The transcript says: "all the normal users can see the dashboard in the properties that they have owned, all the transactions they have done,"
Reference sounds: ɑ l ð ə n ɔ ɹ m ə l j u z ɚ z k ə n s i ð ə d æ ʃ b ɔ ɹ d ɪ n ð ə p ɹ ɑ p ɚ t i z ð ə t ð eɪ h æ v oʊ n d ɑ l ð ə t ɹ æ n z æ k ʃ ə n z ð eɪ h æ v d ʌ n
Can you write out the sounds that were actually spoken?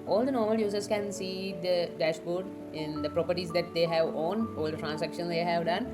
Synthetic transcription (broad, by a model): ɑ l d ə n ɔ ɹ m ə l j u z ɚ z k ə n s i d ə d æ ʃ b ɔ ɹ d ɪ n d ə p ɹ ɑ p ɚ t i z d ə t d eɪ h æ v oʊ n ɑ l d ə t ɹ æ n s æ k ʃ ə n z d eɪ h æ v d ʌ n